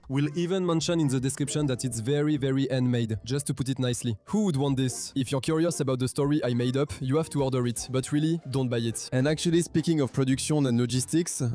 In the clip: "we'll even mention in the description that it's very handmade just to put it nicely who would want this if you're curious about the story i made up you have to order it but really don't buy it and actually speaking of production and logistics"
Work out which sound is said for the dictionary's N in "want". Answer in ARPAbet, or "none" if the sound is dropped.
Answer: N